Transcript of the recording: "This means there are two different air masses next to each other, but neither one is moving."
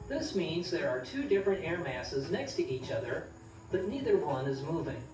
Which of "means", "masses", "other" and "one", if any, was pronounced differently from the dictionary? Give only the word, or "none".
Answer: none